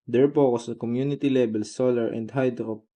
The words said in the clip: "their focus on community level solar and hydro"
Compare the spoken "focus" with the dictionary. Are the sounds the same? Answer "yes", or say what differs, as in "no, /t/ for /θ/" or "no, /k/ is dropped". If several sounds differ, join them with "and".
no, /p/ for /f/